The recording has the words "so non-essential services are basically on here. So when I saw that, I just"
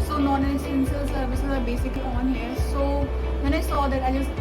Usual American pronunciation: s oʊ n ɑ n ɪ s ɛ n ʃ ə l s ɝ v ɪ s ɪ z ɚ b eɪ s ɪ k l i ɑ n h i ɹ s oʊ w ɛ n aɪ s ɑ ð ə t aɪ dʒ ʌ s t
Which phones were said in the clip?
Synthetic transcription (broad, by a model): s oʊ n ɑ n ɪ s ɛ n s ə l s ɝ v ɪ s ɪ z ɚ b eɪ s ɪ k l i ɑ n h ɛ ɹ s oʊ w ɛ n aɪ s ɑ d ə t aɪ dʒ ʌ s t